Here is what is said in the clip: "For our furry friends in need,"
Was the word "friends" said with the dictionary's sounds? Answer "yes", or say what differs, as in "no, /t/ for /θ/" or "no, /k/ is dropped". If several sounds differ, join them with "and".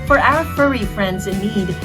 yes